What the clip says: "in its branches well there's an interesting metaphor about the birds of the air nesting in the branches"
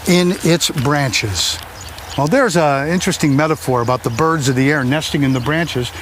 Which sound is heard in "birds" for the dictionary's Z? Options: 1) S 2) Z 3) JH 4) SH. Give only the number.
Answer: 2